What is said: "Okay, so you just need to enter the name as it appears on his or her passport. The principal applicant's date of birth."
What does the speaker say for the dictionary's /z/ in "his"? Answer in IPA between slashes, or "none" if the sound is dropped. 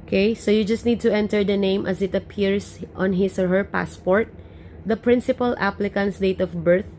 /s/